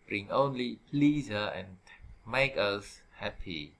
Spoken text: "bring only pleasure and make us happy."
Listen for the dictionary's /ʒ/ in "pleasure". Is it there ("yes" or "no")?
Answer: no